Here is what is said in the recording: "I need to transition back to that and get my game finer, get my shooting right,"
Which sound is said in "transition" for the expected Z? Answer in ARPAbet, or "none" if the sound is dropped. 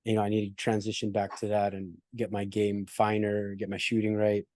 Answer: Z